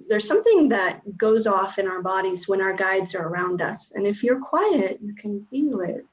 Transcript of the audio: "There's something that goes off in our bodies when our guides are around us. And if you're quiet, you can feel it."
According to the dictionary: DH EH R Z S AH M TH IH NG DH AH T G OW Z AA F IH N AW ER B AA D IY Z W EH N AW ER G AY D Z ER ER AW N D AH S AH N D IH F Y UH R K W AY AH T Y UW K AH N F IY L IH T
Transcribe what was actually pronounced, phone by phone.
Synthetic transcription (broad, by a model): DH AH R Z S AH M TH IH NG DH AH T G OW Z AA F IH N AW ER B AA D IY Z W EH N AW ER G AY D Z ER ER AW N D AH S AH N IH F Y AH R K W AY AH T Y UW K AH N F IY L IH T